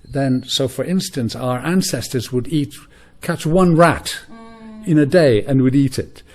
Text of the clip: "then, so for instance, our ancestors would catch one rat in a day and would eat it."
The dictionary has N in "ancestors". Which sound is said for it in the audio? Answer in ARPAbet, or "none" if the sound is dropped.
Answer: N